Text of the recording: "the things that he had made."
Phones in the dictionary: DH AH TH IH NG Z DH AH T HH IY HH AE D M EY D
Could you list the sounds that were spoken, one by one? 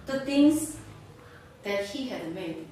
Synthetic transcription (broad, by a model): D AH T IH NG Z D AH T HH IY HH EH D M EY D